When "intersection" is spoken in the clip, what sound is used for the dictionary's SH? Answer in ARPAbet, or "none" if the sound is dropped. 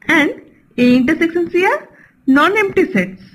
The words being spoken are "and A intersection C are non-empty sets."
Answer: S